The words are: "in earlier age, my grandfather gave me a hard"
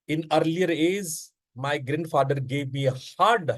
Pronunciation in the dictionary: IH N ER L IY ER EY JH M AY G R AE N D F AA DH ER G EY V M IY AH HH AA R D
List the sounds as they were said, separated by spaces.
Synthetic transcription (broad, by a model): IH N ER L IY ER EY Z M AY G R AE N D F AA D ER G EY V M IY AH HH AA R D